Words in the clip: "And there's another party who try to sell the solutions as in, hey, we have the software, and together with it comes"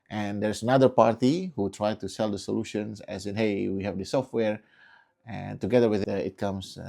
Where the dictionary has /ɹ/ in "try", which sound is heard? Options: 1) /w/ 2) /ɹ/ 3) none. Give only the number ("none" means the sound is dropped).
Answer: 2